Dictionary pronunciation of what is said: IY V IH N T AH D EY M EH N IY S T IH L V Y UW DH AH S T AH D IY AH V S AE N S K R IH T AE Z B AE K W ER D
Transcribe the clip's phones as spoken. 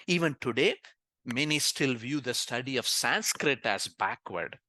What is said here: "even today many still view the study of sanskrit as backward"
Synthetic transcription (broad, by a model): IY V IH N T AH D EY M EH N IY S T IH L V Y UW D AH S T AH D IY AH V S AE N S K R IH T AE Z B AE K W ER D